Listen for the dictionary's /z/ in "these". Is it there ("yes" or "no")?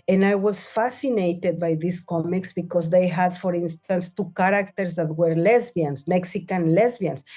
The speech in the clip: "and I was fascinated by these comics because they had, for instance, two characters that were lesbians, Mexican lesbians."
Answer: no